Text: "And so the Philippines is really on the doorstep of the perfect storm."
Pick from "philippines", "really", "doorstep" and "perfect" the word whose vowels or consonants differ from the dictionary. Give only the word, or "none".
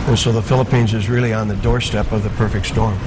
none